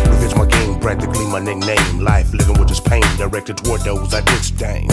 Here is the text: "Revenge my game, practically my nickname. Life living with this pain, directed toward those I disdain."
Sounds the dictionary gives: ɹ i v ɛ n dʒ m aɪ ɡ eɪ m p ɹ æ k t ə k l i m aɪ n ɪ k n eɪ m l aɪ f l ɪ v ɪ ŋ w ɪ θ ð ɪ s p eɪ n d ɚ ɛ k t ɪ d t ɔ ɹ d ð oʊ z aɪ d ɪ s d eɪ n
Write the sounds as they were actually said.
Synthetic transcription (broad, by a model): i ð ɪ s m aɪ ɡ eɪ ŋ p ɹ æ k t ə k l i m aɪ n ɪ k n eɪ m l aɪ f l ɪ v ɪ ŋ w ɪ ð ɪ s p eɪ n d ɚ ɛ k t ɪ d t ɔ ɹ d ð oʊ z aɪ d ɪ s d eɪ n